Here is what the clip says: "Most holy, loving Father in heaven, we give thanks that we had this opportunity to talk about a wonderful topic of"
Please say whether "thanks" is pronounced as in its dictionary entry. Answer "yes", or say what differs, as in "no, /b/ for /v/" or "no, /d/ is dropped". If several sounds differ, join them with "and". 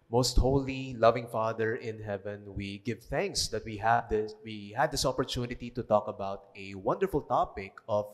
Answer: yes